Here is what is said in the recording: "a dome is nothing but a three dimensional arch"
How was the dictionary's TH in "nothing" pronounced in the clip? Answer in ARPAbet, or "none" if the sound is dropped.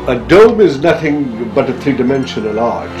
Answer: TH